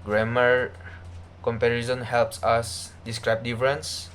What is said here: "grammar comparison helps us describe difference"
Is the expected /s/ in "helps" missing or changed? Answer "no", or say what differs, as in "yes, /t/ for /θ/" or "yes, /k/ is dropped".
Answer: no